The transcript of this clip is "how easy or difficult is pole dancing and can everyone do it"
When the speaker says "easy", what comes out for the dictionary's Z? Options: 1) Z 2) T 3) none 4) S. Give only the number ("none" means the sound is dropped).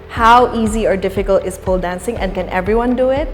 1